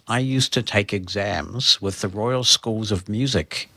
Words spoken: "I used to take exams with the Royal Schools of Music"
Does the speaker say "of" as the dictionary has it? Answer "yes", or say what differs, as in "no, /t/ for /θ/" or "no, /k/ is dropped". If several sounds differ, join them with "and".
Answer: yes